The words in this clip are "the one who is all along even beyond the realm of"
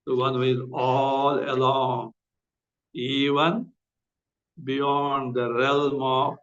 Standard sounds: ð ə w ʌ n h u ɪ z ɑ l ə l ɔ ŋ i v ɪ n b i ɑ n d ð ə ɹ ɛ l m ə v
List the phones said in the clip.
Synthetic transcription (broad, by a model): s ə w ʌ n h u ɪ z ɑ l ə l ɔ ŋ i v ɪ n b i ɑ n d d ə ɹ ɛ l m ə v